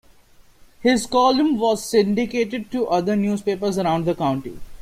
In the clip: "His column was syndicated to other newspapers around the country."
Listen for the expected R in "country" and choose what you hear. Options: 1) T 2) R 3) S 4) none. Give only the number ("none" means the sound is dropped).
4